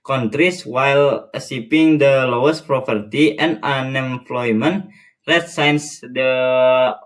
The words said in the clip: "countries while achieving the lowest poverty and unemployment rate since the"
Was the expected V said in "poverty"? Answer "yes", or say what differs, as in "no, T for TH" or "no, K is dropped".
no, P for V